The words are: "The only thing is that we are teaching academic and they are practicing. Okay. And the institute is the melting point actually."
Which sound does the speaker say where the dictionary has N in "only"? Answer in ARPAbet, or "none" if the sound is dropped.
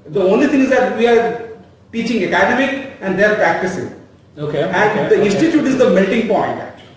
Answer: N